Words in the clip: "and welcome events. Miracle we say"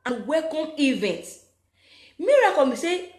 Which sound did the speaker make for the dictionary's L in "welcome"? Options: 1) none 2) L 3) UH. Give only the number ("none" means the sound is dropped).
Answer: 1